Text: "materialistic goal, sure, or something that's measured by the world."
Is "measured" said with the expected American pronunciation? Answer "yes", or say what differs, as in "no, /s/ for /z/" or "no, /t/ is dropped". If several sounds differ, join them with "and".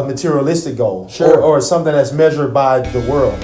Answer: yes